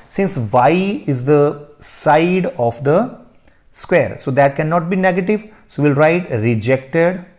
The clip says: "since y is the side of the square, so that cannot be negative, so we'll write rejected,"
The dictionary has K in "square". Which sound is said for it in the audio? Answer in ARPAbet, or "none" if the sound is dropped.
K